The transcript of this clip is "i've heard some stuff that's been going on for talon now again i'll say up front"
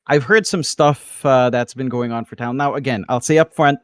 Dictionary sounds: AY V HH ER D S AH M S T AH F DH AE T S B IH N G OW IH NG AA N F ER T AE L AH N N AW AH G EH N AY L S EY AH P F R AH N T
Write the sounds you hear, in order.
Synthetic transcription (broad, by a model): AY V HH ER D S AH M S T AH F DH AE T S B IH N G OW IH NG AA N F ER T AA AH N N AW AH G EH N AY L S EY AH P F R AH N T